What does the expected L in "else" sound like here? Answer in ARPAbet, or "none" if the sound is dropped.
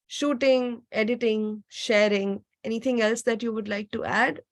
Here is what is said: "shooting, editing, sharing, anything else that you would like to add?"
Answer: L